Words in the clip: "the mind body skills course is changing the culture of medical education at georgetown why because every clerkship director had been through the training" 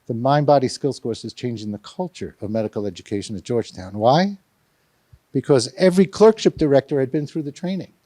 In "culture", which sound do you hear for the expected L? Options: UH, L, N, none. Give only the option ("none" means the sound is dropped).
L